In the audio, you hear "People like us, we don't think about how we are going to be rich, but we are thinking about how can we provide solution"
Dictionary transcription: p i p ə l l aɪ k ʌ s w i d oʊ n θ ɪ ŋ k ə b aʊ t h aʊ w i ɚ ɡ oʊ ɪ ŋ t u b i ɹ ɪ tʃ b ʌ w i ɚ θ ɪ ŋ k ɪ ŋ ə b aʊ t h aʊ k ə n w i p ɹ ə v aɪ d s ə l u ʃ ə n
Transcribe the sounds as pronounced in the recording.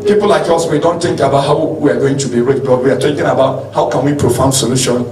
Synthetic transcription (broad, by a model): p i p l l aɪ k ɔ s w i d oʊ n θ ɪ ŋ k ə b aʊ t h aʊ w i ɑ ɡ oʊ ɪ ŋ t u b i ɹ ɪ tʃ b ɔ w i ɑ t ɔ k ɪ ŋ ə b aʊ t h aʊ k ə n w i p ɹ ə f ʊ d s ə l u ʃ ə n